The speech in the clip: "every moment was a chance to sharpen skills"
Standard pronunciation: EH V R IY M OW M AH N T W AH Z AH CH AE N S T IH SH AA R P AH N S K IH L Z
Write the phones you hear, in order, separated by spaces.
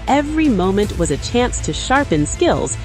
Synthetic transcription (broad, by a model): EH V R IY M OW M AH N T W AH Z AH CH AE N S T IH SH AA R P AH N S K IH L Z